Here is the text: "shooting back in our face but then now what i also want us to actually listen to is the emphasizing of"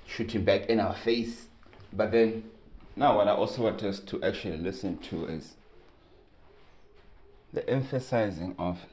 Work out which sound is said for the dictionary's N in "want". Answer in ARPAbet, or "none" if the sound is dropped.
none